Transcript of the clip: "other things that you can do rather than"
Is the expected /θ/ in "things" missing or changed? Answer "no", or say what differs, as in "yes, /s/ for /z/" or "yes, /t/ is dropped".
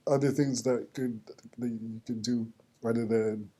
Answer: no